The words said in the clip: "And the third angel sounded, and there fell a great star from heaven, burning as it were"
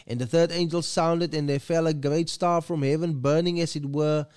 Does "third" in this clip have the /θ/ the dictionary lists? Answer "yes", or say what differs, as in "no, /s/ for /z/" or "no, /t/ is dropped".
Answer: yes